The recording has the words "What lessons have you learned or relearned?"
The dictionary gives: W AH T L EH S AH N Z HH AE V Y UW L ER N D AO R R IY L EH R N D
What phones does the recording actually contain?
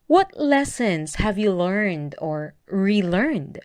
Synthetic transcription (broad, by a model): W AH T L EH S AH N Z HH AE V Y UW L ER N D AO R R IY L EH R N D